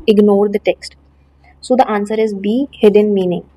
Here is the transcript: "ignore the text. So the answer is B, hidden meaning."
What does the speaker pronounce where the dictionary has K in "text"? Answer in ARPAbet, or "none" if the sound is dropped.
K